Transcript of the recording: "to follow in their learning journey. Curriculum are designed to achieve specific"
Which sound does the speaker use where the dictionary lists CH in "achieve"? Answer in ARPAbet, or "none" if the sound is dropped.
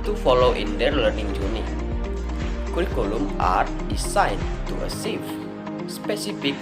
S